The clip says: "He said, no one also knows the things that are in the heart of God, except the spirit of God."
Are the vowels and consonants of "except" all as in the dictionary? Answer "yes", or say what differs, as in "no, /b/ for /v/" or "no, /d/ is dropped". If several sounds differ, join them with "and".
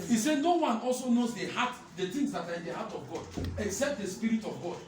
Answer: yes